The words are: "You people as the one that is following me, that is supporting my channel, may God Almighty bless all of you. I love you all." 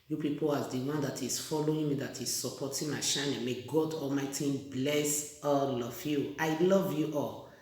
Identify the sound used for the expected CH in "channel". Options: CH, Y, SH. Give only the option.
SH